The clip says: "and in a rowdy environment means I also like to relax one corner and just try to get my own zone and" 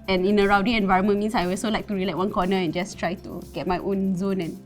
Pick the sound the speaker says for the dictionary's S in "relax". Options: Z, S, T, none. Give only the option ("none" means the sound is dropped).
none